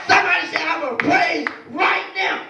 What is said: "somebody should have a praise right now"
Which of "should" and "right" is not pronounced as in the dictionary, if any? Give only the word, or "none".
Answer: should